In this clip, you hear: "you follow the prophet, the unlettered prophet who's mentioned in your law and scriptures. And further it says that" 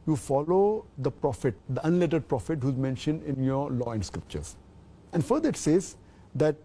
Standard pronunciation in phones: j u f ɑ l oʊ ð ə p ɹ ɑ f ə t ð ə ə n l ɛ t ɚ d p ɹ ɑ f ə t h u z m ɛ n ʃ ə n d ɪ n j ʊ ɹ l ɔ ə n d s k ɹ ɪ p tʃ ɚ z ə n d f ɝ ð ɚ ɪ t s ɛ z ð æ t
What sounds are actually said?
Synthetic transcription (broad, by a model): j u f ɑ l oʊ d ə p ɹ ɑ f ə t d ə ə n l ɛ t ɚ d p ɹ ɑ f ə t h u z m ɛ n ʃ ə n d ɪ n j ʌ ɹ l ɔ ə n d s k ɹ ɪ p tʃ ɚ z ə n d f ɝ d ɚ ɪ t s ɛ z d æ t